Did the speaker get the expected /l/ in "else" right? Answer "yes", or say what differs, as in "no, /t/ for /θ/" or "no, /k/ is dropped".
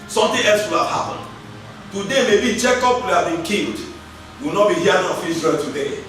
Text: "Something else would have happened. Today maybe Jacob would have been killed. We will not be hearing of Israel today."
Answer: yes